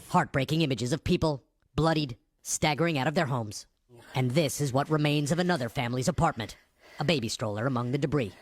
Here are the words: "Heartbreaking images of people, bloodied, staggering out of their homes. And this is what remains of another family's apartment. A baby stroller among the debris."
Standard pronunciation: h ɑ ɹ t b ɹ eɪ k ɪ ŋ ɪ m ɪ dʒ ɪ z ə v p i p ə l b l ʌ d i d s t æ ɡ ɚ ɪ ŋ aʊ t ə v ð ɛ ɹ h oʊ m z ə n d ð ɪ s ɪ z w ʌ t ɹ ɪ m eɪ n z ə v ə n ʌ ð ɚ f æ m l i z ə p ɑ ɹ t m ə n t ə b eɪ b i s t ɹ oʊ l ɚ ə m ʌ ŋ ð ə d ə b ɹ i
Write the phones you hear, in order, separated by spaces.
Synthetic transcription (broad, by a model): h ɑ ɹ t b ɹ eɪ k ɪ ŋ ɪ m ɪ dʒ ɪ z ə v p i p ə l b l ʌ d i d s t æ ɡ ɚ ɪ ŋ aʊ t ə v ð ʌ ɹ h oʊ m z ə n ð ɪ s ɪ z w ʌ t ɹ ɪ m eɪ n z ə v ə n ʌ ð ɚ f æ m l i z ə p ɑ ɹ t m ə n t ə b eɪ b i s t ɹ oʊ l ɚ ə m ʌ ŋ ð ə d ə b ɹ i